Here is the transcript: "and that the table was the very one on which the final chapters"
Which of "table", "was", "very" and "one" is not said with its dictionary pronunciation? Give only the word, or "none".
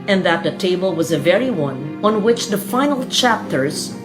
none